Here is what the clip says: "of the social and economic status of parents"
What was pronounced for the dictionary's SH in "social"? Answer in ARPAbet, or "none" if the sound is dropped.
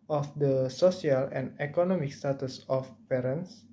S